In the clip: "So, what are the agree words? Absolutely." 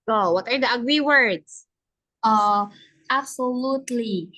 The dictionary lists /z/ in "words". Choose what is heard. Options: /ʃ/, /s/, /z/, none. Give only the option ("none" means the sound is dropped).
/s/